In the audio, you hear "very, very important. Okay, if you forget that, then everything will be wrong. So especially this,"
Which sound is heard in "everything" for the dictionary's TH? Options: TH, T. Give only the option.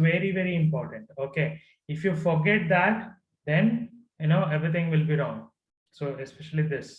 T